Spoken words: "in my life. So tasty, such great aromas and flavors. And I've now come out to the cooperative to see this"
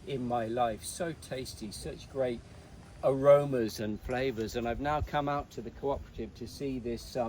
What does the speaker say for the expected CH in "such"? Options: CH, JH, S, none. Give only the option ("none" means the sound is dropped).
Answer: CH